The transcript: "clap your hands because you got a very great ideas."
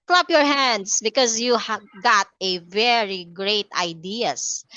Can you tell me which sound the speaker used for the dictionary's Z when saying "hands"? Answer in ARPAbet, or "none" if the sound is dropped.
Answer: S